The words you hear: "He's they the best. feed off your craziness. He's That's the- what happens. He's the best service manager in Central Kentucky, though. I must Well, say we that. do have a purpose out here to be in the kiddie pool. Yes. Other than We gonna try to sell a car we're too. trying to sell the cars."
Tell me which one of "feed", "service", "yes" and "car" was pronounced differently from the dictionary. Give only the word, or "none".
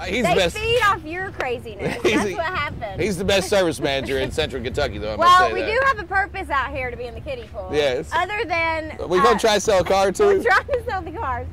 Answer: none